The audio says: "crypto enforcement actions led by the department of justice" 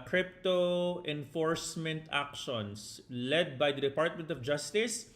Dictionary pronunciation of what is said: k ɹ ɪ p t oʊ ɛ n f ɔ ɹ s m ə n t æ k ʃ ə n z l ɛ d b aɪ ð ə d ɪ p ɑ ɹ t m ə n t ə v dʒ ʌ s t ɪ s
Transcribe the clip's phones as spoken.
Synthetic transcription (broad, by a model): k ɹ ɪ p t oʊ ɛ n f ɔ ɹ s m ə n t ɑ k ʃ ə n s l ɛ d b aɪ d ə d ɪ p ɑ ɹ t m ə n t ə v dʒ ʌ s t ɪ s